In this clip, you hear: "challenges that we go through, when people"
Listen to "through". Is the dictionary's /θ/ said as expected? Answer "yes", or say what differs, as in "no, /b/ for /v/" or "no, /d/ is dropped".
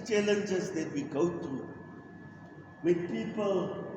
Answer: no, /t/ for /θ/